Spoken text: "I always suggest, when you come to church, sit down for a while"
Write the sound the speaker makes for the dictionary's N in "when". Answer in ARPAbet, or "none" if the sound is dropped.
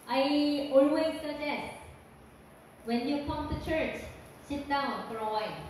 N